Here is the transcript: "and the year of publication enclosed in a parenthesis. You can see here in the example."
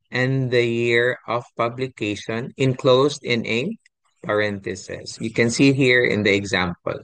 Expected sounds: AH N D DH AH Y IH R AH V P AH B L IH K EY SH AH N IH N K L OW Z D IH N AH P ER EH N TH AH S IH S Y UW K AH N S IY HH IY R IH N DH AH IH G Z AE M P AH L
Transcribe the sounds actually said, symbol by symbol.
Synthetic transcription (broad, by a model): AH N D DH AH Y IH R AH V P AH B L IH K EY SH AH N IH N K L OW S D IH N AH P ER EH N T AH S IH S Y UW K AH N S IY HH IY R IH N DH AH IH G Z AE M P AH L